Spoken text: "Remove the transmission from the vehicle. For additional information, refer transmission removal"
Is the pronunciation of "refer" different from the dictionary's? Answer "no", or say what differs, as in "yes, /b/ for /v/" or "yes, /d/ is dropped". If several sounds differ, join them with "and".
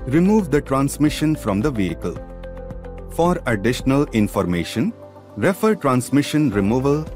no